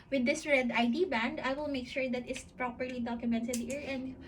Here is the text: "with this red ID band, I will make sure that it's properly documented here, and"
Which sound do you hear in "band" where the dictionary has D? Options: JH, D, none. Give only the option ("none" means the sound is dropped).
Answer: D